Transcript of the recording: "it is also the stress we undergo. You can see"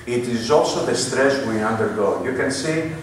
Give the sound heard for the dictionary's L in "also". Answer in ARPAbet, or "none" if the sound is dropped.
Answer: L